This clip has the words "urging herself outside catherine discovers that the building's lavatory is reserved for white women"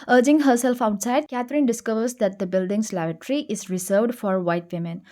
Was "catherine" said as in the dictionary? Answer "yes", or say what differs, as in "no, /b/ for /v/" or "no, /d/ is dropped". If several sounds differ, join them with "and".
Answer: no, /t/ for /θ/